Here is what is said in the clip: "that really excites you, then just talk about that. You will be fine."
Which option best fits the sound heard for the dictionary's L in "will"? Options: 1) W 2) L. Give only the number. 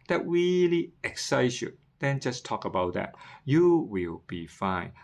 2